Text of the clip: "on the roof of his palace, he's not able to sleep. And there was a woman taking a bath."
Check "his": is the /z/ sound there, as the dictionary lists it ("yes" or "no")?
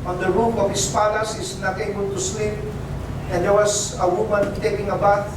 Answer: no